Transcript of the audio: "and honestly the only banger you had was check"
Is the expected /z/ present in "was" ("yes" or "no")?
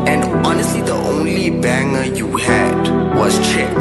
no